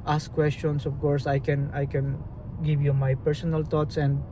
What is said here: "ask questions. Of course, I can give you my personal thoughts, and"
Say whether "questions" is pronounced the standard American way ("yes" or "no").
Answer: no